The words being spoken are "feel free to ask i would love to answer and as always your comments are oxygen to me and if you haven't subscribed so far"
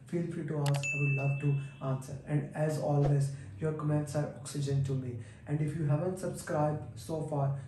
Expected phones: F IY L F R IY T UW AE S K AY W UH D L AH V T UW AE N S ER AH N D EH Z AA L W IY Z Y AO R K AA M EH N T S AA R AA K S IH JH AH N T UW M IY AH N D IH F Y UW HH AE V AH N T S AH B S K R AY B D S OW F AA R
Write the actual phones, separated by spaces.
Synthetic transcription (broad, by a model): F IY L F R IY T UW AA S AY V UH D L AH V T UW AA N S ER AH N D EH Z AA L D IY S Y AO R K AA M EH N T S AA R AA K S IH JH AH N T UW M IY AH N D IH F Y UW HH AE V AH N T S AH B S K R AY B D S OW F AA R